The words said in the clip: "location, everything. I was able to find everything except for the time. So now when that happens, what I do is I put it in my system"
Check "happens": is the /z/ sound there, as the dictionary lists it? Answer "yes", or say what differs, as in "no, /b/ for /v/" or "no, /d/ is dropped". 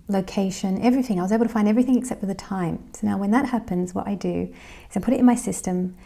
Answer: yes